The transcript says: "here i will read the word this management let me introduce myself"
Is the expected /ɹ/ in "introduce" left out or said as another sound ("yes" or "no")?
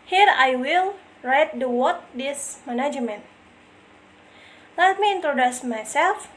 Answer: no